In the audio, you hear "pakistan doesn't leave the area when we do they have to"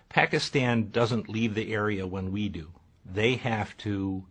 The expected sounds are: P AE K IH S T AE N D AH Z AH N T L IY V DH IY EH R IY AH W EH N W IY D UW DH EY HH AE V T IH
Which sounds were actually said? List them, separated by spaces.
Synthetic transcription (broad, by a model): P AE K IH S T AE N D AH Z AH N T L IY V DH IY EH R IY AH W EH N W IY D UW DH EY HH AE F T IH